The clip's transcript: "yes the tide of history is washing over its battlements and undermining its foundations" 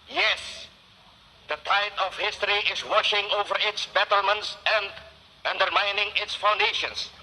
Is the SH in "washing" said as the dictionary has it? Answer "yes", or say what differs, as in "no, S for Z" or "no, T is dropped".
yes